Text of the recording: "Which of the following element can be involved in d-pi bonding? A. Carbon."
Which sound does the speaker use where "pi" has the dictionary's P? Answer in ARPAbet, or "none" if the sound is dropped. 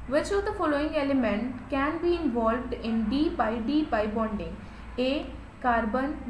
B